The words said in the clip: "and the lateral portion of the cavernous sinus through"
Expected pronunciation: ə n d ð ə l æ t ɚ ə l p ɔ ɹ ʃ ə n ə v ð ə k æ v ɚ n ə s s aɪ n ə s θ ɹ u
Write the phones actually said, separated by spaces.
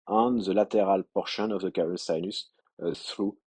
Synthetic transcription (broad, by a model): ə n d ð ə l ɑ t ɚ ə l p ɔ ɹ ʃ ə n ə v ð ə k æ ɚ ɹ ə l s aɪ n ə s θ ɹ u